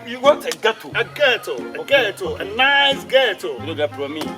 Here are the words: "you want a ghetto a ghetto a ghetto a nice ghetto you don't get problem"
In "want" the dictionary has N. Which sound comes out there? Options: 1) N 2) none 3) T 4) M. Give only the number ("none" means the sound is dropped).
2